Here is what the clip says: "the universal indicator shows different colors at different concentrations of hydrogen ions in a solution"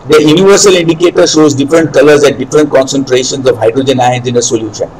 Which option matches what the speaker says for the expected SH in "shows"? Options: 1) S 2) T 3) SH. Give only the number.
3